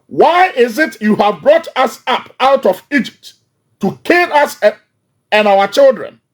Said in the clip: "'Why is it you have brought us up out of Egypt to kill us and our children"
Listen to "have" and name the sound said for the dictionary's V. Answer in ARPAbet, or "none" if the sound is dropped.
V